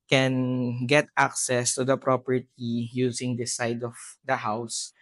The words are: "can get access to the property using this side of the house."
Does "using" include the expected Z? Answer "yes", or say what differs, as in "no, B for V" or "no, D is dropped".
no, S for Z